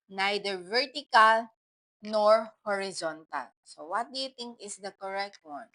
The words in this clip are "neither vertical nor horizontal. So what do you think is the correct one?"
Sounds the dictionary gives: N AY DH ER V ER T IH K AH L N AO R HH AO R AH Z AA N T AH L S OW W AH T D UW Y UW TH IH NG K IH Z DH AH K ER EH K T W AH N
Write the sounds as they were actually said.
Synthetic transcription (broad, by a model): N AY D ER V ER T IH K AH L N AO R HH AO R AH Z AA N T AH L S OW W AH T D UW Y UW T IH NG K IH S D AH K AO EH K T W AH N